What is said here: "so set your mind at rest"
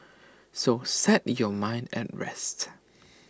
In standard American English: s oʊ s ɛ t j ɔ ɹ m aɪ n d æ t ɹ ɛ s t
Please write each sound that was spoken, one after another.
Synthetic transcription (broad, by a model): s oʊ s ɛ t j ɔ m aɪ n d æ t ɹ ɛ s t